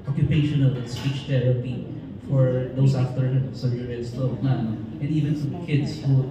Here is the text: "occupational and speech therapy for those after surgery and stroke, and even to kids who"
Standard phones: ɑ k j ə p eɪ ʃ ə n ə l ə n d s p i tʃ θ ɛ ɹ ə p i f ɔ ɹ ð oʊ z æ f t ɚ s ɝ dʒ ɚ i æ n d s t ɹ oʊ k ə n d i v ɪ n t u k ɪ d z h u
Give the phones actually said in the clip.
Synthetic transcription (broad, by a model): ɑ k j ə p eɪ ʃ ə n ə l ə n s p i tʃ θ ɛ ɹ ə p i f ɔ ɹ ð oʊ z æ f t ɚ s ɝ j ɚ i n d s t l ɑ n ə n i v ɪ n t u k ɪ d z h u